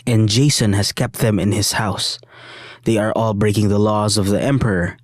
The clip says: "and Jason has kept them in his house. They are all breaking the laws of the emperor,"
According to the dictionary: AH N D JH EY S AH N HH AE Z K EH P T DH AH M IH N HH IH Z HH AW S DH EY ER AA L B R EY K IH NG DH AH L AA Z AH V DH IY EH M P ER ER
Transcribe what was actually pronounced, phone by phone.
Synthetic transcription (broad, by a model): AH N JH EY S AH N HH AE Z K EH P T DH AH M IH N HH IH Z HH AW S DH EY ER AA L B R EY K IH NG DH AH L AA Z AH V DH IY EH M P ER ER